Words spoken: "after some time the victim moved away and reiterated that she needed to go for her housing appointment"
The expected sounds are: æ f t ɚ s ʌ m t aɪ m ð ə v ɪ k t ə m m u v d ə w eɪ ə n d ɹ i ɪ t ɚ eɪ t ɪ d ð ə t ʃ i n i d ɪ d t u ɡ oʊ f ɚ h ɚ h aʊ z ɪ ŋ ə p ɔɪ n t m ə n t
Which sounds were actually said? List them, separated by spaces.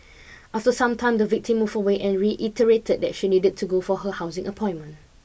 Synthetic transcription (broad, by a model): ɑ f t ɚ s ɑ m t aɪ m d ə v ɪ k t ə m m u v ə w eɪ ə n ɹ i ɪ t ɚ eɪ t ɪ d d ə t ʃ i n i d ɪ d t u ɡ oʊ f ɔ h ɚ h aʊ z ɪ ŋ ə p ɔɪ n m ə n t